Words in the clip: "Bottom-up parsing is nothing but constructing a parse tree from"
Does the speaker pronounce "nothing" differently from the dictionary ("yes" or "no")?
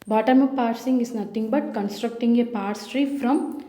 yes